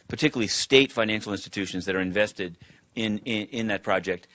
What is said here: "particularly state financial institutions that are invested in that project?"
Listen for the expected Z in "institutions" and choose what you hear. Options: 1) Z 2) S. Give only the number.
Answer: 1